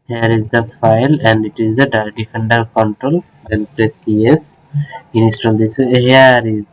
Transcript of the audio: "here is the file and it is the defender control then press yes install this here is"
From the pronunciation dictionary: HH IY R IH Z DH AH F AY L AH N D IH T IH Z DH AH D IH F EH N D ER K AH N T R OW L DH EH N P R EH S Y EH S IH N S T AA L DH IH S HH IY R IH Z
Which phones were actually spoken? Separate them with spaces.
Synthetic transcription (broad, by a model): HH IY R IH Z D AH F AY L AH N D IH T IH Z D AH D IH F EH N D ER K AH N T R OW L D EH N P R EH S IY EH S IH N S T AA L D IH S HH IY R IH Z